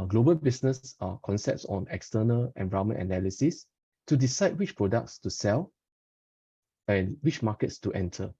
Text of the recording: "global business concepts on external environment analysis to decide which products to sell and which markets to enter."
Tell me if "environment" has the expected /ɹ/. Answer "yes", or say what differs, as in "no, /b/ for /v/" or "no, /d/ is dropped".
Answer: no, /ɹ/ is dropped